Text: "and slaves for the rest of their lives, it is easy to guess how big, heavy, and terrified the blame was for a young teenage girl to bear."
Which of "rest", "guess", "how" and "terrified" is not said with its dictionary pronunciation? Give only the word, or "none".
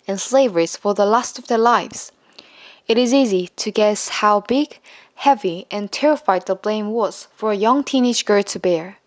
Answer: rest